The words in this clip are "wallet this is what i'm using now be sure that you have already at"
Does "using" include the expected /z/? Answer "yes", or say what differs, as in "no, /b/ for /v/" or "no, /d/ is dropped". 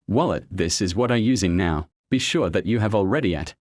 yes